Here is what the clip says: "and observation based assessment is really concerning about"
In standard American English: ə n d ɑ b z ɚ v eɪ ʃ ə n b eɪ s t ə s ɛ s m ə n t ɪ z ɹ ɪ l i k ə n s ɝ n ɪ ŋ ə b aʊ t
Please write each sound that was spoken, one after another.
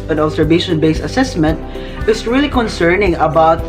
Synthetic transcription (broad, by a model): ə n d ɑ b s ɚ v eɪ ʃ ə n b eɪ s ə s ɛ s m ə n t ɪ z ɹ ɪ l i k ə n s ɝ n ɪ ŋ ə b aʊ t